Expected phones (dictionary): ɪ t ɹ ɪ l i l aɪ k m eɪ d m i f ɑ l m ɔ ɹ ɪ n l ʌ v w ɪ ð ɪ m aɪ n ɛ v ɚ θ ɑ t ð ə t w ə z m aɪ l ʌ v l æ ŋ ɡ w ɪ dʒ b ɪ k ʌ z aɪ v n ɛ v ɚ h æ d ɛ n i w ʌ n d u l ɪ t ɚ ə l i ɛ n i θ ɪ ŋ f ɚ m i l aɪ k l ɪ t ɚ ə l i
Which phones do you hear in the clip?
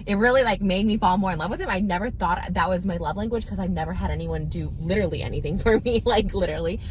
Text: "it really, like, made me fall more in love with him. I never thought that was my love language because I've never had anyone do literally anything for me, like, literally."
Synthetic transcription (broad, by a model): ɪ t ɹ ɪ l i l aɪ k m eɪ d m i f ɑ l m ɔ ɹ ɪ n l ʌ v w ɪ ð ɪ m aɪ n ɛ v ɚ θ ɑ t ð ə t w ə z m aɪ l ʌ v l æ ŋ ɡ w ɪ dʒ k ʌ z aɪ v n ɛ v ɚ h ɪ d ɛ n i w ʌ n d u l ɪ t ɚ l i ɛ n i θ ɪ ŋ f ɚ m i l aɪ k l ɪ t ɚ l i